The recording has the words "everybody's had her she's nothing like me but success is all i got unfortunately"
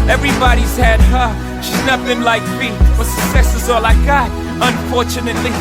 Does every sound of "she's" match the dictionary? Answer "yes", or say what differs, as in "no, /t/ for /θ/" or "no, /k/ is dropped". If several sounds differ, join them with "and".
yes